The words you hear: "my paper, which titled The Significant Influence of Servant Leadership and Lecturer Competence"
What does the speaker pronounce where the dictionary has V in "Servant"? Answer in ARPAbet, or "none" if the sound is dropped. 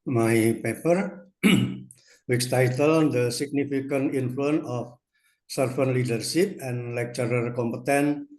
F